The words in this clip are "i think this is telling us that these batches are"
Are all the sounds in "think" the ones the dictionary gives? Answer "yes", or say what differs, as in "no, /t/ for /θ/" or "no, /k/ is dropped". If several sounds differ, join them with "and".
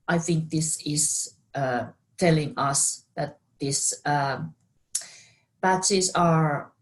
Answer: yes